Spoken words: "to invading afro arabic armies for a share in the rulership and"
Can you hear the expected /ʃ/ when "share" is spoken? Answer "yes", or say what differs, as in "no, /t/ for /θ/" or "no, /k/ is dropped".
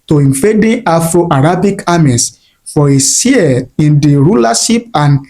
no, /s/ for /ʃ/